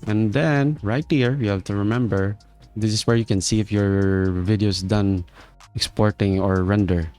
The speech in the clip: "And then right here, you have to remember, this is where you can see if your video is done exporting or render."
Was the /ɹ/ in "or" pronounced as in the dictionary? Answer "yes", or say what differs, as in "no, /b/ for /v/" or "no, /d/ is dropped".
yes